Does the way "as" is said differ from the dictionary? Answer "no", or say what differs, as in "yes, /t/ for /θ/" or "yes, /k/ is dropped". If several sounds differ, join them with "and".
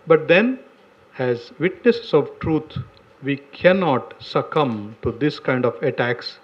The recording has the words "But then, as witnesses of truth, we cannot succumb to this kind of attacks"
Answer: no